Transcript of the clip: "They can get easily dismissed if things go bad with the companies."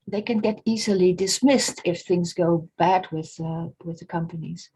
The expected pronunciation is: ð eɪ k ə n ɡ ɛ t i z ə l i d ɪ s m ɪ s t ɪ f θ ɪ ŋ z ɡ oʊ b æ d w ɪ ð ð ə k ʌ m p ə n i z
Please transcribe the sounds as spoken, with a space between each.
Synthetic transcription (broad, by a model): ð eɪ k ə n ɡ ɛ t i z ə l i d ɪ s m ɪ s t ɪ f θ ɪ ŋ z ɡ oʊ b æ d w ɪ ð ð ə k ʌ m p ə n i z